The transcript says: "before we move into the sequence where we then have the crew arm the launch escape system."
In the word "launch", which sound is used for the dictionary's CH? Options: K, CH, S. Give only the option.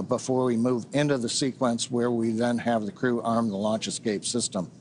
CH